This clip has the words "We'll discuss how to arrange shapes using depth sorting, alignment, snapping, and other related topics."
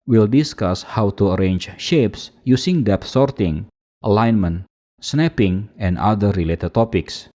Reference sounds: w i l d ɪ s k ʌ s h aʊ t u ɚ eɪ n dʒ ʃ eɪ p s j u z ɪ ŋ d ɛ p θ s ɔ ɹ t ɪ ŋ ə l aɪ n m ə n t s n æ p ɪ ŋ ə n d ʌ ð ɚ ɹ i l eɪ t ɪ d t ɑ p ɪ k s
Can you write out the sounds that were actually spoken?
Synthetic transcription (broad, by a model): w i l d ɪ s k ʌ s h aʊ t u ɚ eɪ n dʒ ʃ eɪ p s j u s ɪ ŋ d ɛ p s ɔ ɹ t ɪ ŋ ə l aɪ n m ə n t s n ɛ p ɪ ŋ ə n d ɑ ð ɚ ɹ i l eɪ t ɪ d t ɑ p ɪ k s